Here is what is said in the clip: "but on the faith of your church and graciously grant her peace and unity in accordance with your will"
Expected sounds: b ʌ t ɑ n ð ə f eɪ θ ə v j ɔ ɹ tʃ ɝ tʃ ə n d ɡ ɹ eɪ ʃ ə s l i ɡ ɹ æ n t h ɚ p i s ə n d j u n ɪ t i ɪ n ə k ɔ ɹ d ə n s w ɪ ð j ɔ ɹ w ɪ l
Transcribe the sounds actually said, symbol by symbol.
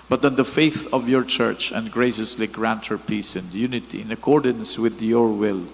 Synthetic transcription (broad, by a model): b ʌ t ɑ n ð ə f eɪ θ ə v j ɔ ɹ tʃ ɝ tʃ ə n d ɡ ɹ eɪ ʃ ə s l i ɡ ɹ æ n t h ɚ p i s ə n d j u n ɪ t i ɪ n ə k ɔ ɹ d ə n s w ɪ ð j ɔ ɹ w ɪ l